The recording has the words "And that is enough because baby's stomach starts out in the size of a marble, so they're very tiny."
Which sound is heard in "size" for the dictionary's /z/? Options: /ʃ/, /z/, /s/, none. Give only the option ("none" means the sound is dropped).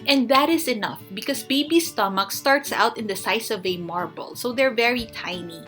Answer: /s/